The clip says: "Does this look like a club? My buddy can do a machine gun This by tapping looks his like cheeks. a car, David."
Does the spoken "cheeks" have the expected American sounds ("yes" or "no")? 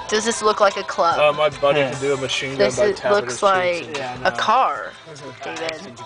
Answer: no